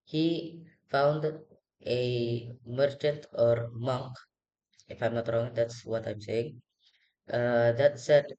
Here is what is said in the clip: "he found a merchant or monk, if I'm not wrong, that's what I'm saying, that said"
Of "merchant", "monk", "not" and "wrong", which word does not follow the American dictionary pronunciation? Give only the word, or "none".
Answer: none